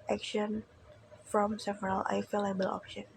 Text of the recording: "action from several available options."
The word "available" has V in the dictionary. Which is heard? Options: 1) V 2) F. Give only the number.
2